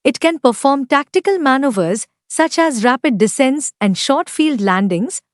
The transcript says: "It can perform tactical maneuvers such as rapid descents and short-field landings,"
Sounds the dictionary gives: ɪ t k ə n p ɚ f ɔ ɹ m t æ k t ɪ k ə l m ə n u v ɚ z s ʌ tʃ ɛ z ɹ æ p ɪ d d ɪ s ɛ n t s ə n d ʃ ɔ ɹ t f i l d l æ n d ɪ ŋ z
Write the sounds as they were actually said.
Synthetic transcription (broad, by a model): ɪ t k ə n p ɚ f ɔ ɹ m t æ k t ɪ k ə l m ə n u v ɚ z s ʌ tʃ ɛ z ɹ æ p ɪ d d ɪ s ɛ n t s ə n d ʃ ɔ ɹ t f i l d l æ n d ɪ ŋ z